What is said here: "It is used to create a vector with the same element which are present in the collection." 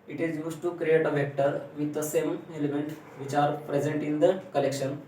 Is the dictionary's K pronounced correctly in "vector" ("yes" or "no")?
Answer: yes